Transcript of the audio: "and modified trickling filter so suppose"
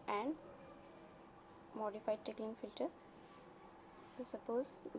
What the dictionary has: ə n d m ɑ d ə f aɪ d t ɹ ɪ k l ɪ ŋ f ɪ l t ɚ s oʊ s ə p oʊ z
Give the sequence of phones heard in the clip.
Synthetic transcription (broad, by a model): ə n d m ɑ d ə f aɪ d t ɛ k l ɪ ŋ f ɪ l t ɚ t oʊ s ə p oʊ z